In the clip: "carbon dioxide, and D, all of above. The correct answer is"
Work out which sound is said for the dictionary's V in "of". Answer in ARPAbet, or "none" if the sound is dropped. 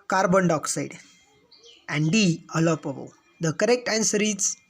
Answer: P